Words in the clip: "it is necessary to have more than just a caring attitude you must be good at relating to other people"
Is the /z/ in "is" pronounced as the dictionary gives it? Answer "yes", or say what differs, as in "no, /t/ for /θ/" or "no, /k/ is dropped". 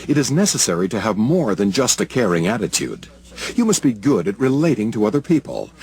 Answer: yes